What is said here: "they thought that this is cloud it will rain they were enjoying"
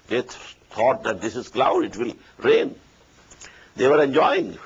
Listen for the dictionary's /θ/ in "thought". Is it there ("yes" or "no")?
no